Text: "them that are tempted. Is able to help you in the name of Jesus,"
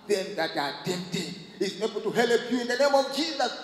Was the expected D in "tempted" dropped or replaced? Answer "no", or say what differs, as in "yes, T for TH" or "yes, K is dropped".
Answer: yes, D is dropped